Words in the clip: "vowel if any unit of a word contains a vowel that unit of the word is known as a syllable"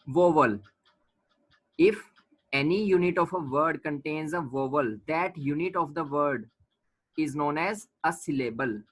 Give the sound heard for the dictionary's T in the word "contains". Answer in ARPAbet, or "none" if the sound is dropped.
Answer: T